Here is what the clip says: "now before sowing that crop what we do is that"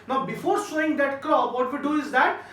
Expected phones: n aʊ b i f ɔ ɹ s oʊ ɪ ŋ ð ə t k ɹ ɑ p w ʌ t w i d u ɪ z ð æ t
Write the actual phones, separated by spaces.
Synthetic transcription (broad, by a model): n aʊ b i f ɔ ɹ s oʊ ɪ ŋ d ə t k ɑ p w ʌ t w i d u ɪ z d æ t